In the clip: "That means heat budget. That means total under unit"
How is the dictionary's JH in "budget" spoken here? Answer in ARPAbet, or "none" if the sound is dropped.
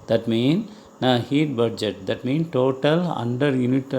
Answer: JH